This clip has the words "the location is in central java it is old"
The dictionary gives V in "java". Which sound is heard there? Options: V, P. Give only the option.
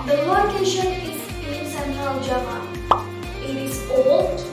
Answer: P